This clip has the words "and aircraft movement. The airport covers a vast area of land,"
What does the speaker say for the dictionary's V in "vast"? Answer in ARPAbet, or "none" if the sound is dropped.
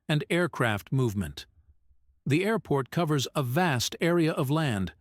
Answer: V